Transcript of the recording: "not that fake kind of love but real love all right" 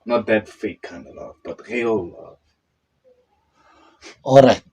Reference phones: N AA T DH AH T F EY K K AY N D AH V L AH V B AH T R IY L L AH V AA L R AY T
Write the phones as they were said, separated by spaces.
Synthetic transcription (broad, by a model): N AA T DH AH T F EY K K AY N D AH L AH V B AH T R IY L L AH V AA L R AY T